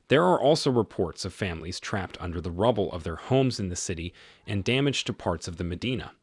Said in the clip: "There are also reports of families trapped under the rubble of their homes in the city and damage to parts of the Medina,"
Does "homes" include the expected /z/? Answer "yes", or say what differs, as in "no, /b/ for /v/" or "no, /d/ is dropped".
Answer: yes